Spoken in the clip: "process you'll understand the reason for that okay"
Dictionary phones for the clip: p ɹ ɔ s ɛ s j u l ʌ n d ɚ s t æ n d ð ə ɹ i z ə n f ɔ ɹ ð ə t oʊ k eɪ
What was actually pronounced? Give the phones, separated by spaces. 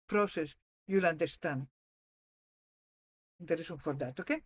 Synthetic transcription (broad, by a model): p ɹ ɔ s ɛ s j u l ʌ n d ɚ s t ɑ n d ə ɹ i s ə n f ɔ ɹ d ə t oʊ k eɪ